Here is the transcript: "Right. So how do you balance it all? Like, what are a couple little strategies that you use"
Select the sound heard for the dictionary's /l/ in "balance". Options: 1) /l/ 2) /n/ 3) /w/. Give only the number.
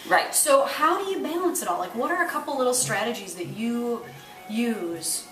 1